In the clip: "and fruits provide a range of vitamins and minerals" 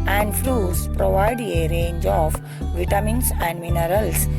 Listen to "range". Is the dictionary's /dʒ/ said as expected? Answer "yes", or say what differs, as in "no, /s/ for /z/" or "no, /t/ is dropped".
yes